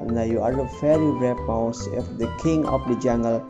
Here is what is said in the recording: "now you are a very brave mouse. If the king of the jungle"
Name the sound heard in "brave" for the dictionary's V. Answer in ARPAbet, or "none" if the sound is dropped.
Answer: P